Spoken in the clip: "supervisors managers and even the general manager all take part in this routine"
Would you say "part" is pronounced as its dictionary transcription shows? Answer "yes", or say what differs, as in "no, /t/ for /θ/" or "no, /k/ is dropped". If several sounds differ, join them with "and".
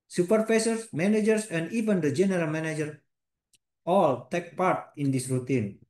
yes